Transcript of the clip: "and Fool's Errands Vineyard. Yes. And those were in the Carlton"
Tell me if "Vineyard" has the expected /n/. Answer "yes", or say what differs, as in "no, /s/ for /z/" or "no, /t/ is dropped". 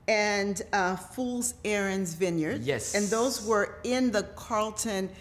yes